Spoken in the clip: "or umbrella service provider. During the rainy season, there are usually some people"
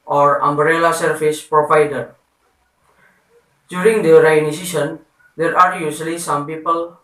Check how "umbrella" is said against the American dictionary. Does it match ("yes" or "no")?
yes